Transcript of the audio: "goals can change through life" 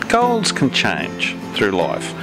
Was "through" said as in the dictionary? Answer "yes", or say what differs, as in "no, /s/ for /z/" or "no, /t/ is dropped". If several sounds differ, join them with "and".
yes